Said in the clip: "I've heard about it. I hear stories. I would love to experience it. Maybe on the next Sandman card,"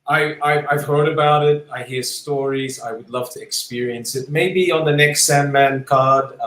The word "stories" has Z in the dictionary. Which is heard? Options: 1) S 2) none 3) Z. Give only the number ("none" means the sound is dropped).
3